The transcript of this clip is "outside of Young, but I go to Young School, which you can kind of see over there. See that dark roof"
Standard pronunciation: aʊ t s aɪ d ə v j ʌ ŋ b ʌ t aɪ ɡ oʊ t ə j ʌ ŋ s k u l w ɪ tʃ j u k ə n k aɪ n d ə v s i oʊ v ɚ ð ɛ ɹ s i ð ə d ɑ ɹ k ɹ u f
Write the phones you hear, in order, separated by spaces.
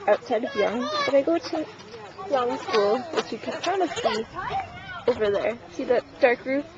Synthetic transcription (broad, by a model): aʊ t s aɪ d ə v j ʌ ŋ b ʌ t aɪ ɡ oʊ t ə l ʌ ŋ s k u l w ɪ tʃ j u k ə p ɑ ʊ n ə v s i oʊ v ɚ ð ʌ ɹ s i ð ə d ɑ ɹ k ɹ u